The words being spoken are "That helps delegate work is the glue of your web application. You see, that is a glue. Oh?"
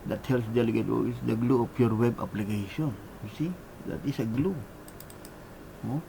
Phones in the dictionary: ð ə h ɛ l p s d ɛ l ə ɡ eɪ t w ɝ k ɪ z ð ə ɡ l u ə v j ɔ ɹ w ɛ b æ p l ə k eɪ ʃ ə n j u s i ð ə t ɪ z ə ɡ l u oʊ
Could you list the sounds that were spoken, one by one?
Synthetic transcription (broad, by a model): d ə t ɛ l s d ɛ l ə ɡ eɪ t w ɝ ɪ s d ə ɡ l u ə f j ɔ ɹ w ɛ b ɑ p l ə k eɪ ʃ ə n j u s i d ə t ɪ s ə ɡ l u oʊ